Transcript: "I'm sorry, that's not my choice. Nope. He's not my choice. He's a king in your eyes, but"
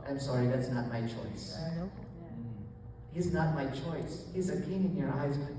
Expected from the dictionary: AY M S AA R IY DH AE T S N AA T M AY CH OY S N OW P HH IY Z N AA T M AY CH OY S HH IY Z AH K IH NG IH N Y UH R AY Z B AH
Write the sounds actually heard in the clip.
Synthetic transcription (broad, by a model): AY M S AA R IY DH AE T S N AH T M AY CH OY S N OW F HH IY Z N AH T M AY CH OY S HH IY Z AH K IH NG IH N Y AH R AY Z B